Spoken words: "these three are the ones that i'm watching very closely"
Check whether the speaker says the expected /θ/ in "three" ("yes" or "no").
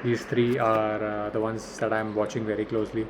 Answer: no